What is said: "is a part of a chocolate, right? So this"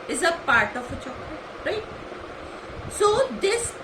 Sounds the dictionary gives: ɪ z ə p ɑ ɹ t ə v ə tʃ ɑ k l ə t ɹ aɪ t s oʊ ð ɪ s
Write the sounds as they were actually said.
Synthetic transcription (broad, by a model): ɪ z ə p ɑ ɹ t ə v ə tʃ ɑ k ə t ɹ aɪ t s oʊ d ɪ s